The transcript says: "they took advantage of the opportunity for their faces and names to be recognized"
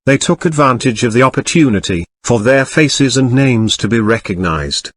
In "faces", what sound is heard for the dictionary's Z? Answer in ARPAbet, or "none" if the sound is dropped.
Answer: Z